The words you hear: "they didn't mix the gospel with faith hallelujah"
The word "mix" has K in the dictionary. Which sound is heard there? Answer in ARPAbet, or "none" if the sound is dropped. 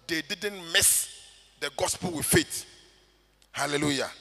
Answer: none